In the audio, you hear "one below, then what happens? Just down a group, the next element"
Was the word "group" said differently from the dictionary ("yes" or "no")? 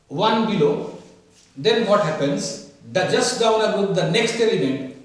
yes